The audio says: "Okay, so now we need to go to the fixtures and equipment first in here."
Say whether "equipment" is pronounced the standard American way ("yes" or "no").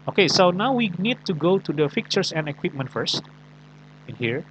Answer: yes